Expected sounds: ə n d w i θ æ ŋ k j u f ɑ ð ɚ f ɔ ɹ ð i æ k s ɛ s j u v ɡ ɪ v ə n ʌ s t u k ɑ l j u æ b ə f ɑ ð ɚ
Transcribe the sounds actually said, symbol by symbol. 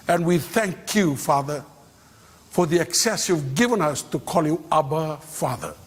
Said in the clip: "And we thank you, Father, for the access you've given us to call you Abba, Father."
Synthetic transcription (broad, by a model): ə n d w i θ æ ŋ k j u f ɑ ð ɚ f ɔ ɹ ð i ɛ k s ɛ s j u v ɡ ɪ v ə n ʌ s t u k ɑ l j u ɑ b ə f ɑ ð ɚ